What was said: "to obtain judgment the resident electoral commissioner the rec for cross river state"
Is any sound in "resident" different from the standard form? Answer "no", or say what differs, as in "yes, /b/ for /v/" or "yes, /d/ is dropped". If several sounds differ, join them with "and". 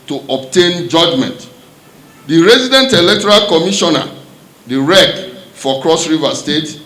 no